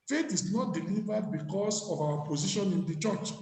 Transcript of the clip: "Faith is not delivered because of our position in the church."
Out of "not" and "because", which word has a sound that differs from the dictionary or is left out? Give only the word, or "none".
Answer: because